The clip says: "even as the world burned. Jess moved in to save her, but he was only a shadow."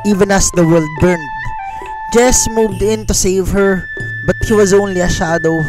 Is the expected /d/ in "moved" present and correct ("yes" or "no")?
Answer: yes